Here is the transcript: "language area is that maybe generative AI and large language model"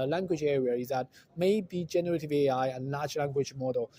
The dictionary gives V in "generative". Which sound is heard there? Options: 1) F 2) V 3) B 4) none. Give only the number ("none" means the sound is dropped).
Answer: 2